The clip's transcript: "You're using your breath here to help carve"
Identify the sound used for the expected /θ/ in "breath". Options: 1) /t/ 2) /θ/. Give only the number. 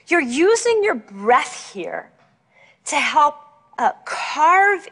2